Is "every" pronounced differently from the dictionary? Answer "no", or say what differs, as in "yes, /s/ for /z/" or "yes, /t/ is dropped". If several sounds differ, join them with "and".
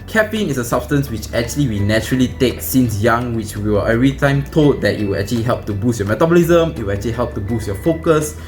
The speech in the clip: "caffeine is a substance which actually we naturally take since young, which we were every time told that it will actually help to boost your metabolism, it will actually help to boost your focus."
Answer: yes, /v/ is dropped